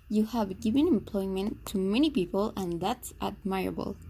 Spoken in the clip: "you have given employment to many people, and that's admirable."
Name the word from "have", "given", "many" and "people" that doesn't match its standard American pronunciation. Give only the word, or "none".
none